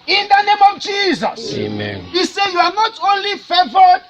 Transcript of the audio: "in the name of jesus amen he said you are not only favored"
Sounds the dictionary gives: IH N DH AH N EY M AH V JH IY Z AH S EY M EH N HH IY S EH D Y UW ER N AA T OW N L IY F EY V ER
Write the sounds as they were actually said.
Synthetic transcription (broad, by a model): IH N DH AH N EY M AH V JH IY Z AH S EY M EH N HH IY S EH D Y UW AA N AA T OW N L IY F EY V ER